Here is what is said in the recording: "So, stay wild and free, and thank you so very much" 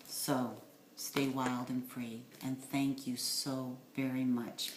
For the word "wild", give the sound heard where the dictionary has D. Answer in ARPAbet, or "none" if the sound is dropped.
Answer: D